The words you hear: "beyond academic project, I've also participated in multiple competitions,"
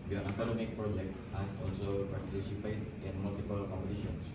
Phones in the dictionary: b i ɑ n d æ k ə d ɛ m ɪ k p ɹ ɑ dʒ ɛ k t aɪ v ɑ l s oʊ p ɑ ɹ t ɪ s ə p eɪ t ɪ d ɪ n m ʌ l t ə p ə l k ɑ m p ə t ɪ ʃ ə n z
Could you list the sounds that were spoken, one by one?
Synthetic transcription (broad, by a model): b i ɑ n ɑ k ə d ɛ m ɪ k p ɹ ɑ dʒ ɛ k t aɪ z ɑ l s oʊ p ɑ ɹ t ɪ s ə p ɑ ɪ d ɪ n m ʌ l t ə p ə l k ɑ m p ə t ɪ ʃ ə n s